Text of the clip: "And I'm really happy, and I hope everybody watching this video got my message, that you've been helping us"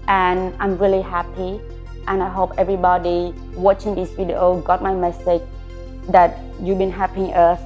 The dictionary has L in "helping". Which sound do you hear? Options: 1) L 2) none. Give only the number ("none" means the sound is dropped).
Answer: 2